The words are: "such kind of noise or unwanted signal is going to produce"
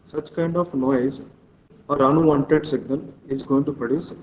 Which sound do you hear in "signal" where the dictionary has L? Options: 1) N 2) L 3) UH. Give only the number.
1